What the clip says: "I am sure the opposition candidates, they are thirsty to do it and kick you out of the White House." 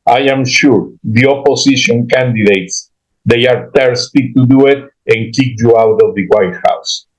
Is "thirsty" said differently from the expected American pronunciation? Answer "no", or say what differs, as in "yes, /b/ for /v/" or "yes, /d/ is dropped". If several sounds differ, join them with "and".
yes, /t/ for /θ/